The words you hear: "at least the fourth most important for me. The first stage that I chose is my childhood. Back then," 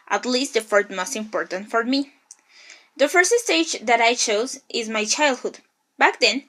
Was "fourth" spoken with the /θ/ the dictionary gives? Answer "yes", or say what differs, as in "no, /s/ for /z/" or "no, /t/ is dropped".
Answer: no, /t/ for /θ/